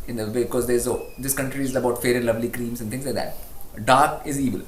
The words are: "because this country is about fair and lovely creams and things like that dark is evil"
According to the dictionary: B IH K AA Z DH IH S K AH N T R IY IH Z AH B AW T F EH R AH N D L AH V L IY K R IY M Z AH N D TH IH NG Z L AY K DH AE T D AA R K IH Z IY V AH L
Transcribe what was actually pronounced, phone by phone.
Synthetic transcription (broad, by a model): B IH K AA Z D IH S K AH N T R IY IH Z AH B AW T F EH R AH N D L AH V L IY K R IY M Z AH N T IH NG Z L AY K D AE T D AA R K IH Z IY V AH L